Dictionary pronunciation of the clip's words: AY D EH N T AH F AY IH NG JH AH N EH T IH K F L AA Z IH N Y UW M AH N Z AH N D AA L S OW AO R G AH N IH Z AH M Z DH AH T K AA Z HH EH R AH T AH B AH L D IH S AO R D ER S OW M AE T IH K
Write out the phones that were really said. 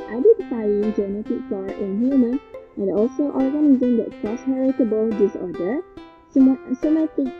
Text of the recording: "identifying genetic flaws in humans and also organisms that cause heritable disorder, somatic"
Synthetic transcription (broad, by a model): AY D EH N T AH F AY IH NG JH AH N EH T IH K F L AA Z IH N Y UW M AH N AH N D AA L S OW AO R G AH N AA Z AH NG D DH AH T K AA S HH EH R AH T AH B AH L D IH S AO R D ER S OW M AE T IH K